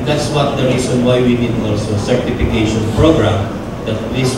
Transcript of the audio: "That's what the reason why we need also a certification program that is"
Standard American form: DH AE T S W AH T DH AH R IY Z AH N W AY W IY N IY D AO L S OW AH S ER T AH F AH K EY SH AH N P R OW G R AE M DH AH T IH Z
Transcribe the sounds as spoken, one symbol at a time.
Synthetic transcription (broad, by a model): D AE T S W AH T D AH R IY S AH N W AY W IY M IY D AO S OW AH S ER T AH F AH K EY SH AH N P R OW G R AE M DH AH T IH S